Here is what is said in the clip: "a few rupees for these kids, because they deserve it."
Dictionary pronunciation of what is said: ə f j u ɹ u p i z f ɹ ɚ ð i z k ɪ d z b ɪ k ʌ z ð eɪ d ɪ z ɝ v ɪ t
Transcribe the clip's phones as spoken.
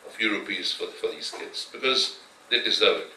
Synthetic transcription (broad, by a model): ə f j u ɹ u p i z f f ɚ ð i z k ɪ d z b ɪ k ʌ z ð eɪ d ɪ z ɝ ɪ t